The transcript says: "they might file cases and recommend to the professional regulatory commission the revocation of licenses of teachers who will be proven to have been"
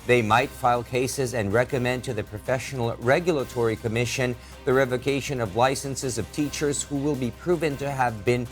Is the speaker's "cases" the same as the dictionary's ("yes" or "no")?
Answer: yes